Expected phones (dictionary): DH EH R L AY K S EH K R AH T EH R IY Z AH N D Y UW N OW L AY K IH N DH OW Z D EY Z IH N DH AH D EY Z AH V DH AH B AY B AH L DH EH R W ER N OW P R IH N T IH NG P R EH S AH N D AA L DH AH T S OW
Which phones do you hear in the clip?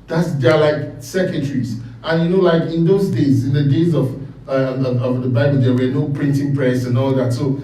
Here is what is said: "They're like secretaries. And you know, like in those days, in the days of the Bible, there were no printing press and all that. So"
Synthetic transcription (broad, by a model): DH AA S L AY K S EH K AH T R IY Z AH N Y UW N OW L AY K IH N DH OW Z D EY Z IH N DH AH D EY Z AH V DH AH B AY B AH L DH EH W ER N OW P R IH N T IH NG P R EH S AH N AA L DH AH T S OW